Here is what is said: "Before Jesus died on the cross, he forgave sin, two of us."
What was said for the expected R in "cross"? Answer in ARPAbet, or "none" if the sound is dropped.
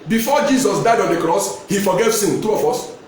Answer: R